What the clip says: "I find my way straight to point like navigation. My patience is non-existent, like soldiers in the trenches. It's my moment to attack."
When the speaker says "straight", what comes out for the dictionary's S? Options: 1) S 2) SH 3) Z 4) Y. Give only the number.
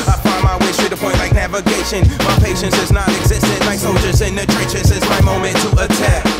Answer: 2